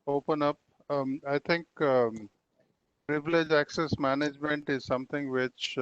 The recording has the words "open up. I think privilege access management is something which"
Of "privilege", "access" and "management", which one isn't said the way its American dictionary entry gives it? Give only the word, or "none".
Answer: none